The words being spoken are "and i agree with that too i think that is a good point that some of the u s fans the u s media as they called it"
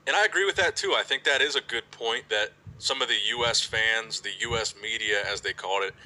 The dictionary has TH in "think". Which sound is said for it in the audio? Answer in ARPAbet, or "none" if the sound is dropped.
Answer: TH